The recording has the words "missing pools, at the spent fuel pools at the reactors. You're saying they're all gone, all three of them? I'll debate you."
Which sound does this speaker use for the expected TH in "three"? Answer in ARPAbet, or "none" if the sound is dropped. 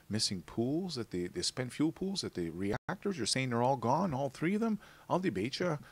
TH